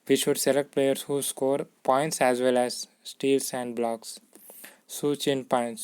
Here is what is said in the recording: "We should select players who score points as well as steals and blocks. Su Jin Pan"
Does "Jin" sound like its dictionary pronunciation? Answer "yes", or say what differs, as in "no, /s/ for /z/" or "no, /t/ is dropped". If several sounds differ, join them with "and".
no, /tʃ/ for /dʒ/